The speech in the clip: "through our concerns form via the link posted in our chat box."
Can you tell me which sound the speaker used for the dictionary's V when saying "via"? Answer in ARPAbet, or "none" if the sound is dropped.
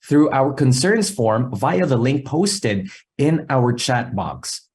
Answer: V